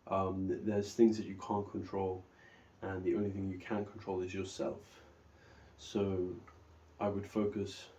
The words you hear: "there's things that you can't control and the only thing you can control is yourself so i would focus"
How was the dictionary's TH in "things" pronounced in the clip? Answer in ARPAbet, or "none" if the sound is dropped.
TH